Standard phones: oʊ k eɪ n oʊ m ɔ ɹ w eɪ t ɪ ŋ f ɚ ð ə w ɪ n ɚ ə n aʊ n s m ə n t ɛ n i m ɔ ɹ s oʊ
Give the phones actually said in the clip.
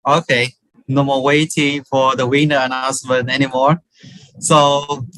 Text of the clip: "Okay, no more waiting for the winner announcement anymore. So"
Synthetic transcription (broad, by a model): oʊ k eɪ n oʊ m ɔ w eɪ t ɪ ŋ f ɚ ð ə w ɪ n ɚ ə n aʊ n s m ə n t ɛ n i m ɔ ɹ s oʊ